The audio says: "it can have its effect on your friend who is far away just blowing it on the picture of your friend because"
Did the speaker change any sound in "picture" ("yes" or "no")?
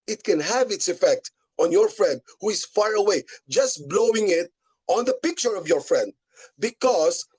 no